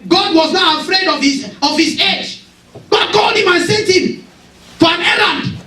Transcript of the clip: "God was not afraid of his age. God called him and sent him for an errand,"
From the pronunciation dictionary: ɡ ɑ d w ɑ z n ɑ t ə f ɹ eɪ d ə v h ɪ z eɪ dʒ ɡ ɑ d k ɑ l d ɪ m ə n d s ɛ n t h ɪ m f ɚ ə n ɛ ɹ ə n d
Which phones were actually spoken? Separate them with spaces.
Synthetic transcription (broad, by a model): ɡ ɑ d w ɑ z n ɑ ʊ ə f ɹ eɪ d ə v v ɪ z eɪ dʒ ɡ ɑ d k ɑ l d ɪ m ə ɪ s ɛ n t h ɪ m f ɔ ə n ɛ ɹ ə n d